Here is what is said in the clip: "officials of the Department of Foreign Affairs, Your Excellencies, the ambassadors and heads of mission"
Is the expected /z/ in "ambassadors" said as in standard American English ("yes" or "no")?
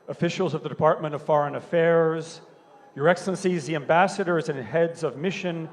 yes